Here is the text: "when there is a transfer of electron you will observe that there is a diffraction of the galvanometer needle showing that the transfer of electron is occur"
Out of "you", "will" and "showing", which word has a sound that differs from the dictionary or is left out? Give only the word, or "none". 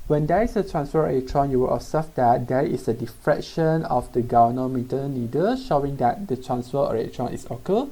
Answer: none